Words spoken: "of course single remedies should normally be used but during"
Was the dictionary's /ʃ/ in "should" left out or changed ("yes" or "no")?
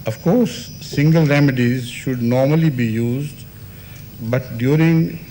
no